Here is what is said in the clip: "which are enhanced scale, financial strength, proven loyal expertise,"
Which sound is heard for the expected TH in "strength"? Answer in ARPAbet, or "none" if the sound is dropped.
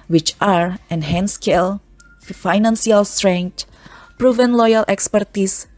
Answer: T